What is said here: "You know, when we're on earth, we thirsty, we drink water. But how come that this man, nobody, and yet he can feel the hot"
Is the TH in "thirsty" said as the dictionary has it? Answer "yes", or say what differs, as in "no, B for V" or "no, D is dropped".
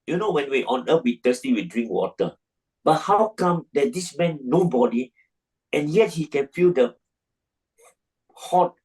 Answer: no, T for TH